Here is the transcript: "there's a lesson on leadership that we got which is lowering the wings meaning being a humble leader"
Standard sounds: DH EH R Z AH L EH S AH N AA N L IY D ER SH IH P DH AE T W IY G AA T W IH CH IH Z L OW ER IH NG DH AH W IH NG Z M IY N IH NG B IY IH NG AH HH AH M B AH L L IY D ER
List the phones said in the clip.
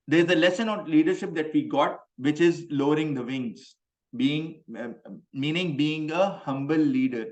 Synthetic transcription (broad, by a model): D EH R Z AH L EH S AH N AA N L IY D ER SH IH P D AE T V IY G AA T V IH CH IH Z L OW ER IH NG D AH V IH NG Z M IY N IH NG B IY IH NG AH HH AH M B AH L L IY D ER